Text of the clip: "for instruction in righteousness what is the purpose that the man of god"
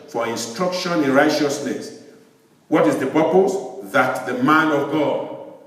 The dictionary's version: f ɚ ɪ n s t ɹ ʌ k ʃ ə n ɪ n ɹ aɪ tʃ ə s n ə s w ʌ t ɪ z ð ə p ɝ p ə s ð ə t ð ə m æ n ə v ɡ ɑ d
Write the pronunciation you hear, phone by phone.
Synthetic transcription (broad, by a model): f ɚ ɪ n s t ɹ ʌ k ʃ ə n ɪ n ɹ aɪ tʃ ə s n ə s w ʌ t ɪ z ð ə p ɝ p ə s ð ə t ð ə m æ n ə v ɡ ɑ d